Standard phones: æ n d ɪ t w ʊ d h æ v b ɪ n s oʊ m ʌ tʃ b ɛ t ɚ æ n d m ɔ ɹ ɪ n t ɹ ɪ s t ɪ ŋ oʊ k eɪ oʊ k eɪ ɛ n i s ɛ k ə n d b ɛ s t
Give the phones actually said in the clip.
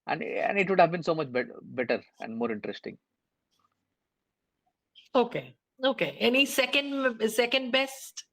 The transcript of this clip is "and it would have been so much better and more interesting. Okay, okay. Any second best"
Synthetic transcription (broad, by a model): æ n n ɪ t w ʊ d h æ v b ɪ n s oʊ m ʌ tʃ b ɛ t ɚ æ n d m ɔ ɹ ɪ n t ɹ ɪ s t ɪ ŋ oʊ k eɪ oʊ k eɪ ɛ n i s ɛ k ə n d b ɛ s t